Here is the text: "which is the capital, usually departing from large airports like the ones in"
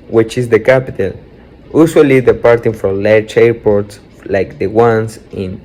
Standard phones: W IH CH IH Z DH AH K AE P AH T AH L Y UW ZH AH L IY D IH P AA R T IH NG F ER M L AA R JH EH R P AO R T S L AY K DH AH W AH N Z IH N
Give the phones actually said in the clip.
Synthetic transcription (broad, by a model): W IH CH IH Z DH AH K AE P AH T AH L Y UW S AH L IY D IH P AA R T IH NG F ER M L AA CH EH R P AO R T S L AY K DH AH W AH N S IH N